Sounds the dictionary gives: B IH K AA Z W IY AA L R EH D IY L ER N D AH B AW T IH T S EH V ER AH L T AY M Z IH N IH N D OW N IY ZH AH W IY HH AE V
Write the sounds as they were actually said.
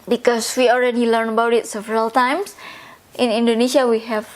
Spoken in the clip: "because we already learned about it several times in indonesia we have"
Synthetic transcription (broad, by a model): B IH K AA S W IY AA L R EH D IY L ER N AH B AW T IH T S EH V ER AH L T AY M S IH N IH N D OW N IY SH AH W IY HH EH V